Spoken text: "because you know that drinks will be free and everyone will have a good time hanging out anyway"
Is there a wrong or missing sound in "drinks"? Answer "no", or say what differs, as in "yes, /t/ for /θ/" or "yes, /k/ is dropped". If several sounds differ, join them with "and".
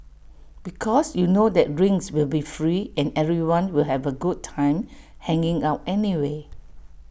yes, /k/ is dropped